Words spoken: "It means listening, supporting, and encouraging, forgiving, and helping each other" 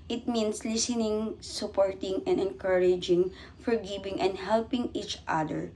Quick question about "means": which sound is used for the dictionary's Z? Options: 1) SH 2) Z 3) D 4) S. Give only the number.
4